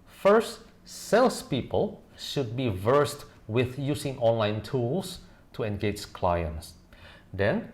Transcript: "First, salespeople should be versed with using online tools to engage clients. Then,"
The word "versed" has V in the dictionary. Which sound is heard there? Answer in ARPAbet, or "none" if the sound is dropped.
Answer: V